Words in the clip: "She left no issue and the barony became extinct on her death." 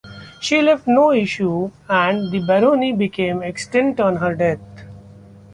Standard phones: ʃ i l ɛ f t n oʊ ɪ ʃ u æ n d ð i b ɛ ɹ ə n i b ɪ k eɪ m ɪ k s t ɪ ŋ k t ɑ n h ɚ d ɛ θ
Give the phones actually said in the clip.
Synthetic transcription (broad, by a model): ʃ i l ɛ f t n oʊ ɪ ʃ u æ n d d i b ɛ ɹ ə n i b ɪ k eɪ m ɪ k s t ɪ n t ɑ n h ɚ d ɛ t